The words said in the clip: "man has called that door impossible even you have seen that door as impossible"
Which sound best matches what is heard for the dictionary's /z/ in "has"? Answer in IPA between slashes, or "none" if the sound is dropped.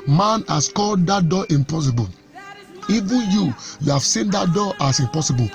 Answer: /s/